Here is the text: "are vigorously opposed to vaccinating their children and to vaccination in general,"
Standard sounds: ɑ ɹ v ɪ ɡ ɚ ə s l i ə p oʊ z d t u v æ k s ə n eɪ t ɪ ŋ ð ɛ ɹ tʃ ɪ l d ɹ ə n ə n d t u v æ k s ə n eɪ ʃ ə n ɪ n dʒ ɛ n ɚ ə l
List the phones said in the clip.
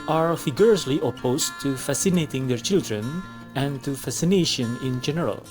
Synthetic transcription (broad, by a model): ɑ ɹ f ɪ ɡ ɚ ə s l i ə p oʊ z t u f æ s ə n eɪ t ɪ ŋ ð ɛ ɹ tʃ ɪ l d ɹ ə n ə n t u f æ s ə n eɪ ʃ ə n ɪ n dʒ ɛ n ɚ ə l